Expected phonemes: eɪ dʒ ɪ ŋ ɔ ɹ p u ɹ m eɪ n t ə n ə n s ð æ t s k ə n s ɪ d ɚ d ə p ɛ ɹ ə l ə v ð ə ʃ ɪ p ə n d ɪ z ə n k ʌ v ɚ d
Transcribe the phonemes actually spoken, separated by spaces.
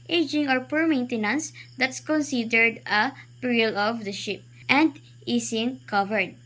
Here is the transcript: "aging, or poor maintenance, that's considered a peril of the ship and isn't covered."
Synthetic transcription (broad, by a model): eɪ dʒ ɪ ŋ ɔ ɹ p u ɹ m eɪ n t ə n ə n s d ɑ t s k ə n s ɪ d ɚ d ə p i ɹ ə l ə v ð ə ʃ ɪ p ə n d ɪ s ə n k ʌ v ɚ d